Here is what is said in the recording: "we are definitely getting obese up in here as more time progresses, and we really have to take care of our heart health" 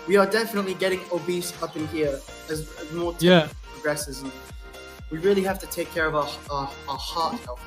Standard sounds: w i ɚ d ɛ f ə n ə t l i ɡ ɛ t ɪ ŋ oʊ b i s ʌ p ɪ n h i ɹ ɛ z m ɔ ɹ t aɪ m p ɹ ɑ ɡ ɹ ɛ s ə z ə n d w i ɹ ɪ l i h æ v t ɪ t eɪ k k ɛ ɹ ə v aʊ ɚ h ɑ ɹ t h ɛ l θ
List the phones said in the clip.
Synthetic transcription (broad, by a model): w i ɚ d ɛ f ə n ə t l i ɡ ɛ t ɪ ŋ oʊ b i s ʌ p ɪ n h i ɹ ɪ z m ɔ ɹ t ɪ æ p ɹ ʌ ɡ ɹ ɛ s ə z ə n w i ɹ ɪ l i h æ f t ɪ t eɪ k k ɛ ɹ ə v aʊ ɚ h ɑ ɹ t h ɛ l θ